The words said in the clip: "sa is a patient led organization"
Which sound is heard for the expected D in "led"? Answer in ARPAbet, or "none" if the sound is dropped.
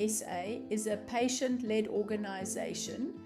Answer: D